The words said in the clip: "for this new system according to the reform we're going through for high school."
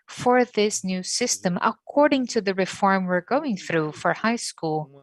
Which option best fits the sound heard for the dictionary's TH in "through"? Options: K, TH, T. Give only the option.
TH